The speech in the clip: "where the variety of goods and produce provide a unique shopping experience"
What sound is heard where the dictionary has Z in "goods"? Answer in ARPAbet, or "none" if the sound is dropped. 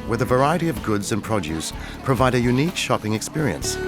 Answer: Z